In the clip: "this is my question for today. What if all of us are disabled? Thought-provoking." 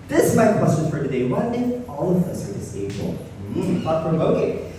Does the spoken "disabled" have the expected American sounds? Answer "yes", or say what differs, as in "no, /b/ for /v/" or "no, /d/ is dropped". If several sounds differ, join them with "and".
no, /b/ is dropped